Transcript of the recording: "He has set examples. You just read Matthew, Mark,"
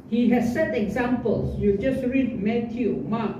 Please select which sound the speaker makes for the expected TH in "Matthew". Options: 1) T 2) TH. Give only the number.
1